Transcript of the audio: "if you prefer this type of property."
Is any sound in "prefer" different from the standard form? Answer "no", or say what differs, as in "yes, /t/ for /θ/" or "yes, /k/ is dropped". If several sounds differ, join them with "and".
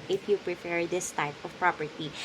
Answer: yes, /p/ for /f/